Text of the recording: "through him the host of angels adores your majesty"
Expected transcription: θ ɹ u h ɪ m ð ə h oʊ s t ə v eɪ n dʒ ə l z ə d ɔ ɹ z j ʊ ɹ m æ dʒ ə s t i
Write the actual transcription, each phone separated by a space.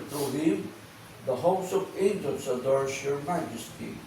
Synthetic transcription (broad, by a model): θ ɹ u h ɪ m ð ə h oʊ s ə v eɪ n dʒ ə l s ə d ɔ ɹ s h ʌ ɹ m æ dʒ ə s t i